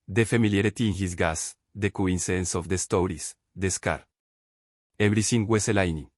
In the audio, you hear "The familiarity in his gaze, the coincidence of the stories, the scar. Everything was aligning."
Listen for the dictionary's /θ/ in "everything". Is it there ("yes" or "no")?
no